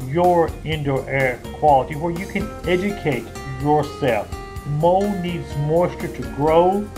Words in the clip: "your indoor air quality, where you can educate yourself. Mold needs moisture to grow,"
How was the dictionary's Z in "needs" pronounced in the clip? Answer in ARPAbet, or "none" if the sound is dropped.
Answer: Z